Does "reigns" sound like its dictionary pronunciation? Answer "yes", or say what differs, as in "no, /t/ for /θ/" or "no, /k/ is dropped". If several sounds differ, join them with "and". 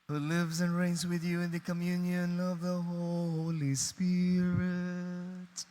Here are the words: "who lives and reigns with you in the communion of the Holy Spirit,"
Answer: yes